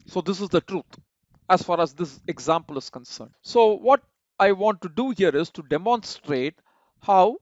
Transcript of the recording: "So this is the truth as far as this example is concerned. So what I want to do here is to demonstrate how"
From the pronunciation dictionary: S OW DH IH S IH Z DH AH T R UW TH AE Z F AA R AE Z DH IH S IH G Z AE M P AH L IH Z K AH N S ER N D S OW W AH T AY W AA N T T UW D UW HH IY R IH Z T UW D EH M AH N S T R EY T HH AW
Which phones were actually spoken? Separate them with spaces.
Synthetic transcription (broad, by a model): S OW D IH S IH Z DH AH T R UW T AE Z F AA R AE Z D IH S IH G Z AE M P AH L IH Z K AH N S ER N D S OW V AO T AY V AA N T T UW D UW HH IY R IH Z T UW D EH M AH N S T R EY T HH AW